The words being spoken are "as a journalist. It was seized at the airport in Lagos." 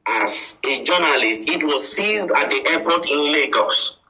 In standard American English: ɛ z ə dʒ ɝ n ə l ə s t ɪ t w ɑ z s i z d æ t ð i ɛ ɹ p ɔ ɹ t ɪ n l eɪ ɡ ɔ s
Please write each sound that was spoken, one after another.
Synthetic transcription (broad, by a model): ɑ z ə dʒ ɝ n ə l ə s t ɪ t w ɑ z s i z d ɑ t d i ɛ p ɔ t ɪ n l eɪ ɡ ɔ s